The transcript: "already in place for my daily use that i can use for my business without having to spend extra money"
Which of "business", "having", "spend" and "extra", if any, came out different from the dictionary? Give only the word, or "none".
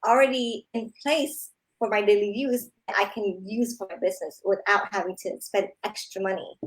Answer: none